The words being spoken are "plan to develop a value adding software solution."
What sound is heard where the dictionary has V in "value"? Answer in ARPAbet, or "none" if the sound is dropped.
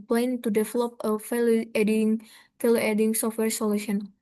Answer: F